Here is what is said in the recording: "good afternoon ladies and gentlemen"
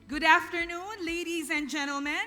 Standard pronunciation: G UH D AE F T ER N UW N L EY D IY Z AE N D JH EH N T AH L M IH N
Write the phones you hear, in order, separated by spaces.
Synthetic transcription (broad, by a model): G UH D AE F T ER N UW N L EY D IY Z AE N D JH EH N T L M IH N